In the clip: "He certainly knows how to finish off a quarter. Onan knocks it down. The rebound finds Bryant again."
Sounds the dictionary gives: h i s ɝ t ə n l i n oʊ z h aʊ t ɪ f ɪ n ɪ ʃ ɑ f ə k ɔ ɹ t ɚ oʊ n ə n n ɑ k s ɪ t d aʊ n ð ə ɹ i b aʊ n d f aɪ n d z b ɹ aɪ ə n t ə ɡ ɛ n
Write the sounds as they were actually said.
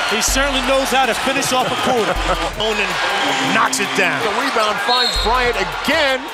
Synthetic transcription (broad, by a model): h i s ɝ t n l i n oʊ z h aʊ t ɪ f ɪ n ɪ ʃ ɑ f ə k ɔ ɹ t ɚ oʊ n ə n n ɑ k s ɪ t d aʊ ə w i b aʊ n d f aɪ n d z b ɹ aɪ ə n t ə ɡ ɛ n